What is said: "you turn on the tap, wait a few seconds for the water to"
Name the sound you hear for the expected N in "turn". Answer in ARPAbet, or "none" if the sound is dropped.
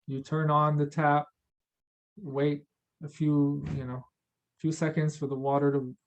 N